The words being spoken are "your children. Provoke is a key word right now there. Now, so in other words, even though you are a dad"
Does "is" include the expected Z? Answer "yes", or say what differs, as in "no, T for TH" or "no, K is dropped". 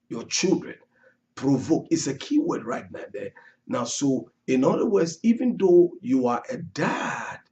no, S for Z